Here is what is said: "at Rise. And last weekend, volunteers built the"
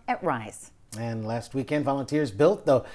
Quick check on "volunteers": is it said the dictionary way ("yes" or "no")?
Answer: yes